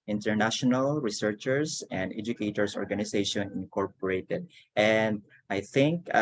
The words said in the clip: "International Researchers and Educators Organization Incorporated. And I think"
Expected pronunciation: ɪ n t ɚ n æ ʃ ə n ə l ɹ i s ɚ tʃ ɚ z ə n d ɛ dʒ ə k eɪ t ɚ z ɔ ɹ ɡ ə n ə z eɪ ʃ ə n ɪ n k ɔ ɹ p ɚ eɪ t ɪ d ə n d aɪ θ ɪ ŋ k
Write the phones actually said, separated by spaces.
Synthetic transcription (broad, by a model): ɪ n t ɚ n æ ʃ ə n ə l ɹ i s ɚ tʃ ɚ s ə n d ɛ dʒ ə k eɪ t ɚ s ɔ ɹ ɡ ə n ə s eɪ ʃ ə n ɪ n k ɔ ɹ p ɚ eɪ t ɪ d ə n d aɪ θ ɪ ŋ k